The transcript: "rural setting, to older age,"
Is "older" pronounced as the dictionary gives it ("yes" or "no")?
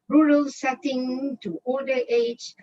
no